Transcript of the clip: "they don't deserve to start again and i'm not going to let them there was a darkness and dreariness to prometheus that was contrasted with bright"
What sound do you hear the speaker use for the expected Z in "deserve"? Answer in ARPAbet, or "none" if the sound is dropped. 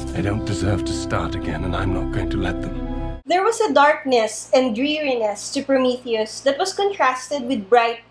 Z